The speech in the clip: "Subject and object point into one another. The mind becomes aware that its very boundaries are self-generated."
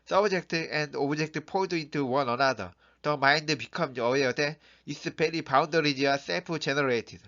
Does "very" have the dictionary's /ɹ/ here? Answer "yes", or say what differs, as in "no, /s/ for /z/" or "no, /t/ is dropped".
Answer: no, /l/ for /ɹ/